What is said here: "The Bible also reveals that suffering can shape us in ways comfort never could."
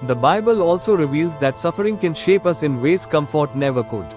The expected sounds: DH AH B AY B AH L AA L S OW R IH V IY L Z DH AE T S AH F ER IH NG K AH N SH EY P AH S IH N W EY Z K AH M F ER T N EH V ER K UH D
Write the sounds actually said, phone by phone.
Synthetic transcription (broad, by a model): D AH B AY B AH L AA L S OW R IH V IY L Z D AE T S AH F ER IH NG K AH N SH EY P AH S IH N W EY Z K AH M F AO T N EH V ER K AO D